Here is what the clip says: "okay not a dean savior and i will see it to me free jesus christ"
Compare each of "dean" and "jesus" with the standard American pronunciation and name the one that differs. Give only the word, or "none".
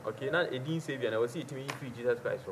jesus